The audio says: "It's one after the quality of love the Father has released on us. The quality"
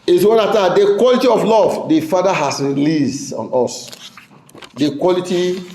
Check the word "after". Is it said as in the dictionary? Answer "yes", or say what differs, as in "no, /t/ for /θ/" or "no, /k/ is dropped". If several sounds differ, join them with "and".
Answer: no, /f/ is dropped